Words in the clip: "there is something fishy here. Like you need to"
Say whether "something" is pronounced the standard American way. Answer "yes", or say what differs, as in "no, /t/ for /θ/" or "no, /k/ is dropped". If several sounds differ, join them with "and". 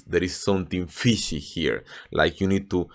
no, /t/ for /θ/